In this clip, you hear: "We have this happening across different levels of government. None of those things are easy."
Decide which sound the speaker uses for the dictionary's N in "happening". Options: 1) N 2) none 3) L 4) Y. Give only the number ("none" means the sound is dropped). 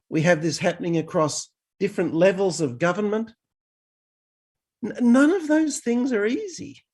1